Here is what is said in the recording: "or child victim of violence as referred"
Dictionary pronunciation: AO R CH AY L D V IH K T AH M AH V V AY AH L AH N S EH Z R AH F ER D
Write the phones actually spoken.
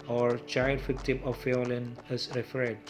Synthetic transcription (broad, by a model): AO R CH AY L D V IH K T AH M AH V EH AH L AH N EH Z R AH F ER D